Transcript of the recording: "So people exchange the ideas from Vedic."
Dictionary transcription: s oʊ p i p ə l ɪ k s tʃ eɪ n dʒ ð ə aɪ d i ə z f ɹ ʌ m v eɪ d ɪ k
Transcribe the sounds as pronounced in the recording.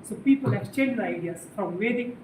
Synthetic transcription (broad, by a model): s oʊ p i p ə l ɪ s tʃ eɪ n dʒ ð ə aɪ d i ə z f ɹ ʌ m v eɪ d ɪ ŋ